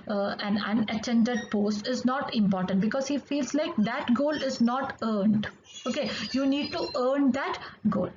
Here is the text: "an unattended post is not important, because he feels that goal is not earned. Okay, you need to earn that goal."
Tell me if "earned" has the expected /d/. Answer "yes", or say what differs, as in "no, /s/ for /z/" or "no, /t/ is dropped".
yes